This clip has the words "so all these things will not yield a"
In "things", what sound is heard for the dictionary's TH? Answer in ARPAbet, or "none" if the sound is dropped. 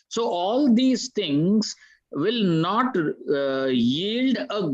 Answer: T